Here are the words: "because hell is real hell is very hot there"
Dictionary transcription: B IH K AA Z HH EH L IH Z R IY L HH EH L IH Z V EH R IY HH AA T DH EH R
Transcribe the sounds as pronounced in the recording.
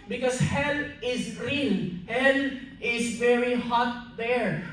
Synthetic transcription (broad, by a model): B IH K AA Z HH EH L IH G R IY N HH EH L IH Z V EH R IY HH AA T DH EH R